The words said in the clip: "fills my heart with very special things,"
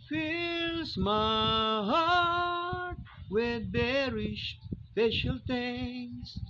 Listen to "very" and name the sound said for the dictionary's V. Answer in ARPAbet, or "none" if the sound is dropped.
B